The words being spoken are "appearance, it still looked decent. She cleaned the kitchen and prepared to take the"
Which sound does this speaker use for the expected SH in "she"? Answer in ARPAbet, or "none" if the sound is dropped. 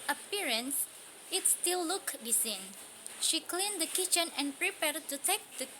SH